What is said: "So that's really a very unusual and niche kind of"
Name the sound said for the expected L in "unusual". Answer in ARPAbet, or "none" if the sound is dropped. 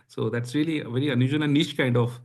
N